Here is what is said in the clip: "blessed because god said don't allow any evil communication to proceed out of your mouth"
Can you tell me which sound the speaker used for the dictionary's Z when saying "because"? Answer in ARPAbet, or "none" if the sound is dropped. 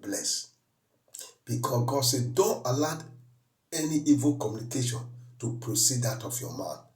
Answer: none